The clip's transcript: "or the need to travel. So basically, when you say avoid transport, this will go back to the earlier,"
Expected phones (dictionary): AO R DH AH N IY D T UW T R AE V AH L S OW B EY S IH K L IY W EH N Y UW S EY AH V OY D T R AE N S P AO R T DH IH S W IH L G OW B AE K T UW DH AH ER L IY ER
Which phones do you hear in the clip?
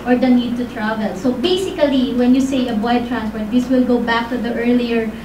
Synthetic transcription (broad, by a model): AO R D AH N IY D T UW T R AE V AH L S OW B EY S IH K L IY W EH N Y UW S EY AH B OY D T R AE N S P AO R T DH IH S W IH L G OW B AE K T UW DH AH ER L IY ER